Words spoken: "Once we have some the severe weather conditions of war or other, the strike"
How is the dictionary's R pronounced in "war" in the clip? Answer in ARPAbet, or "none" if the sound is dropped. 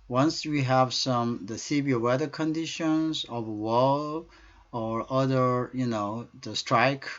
L